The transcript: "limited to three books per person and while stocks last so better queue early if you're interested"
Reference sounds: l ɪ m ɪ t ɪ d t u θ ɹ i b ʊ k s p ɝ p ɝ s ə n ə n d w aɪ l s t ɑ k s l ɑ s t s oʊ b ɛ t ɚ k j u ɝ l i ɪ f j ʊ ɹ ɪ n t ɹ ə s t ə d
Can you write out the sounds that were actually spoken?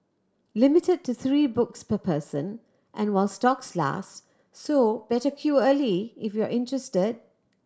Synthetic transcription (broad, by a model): l ɪ m ɪ t ɪ d t u θ ɹ i b ʊ k s p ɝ p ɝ s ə n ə n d w aɪ l s t ɑ k s l ɑ s t s oʊ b ɛ t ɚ k j u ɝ l i ɪ f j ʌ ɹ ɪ n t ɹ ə s t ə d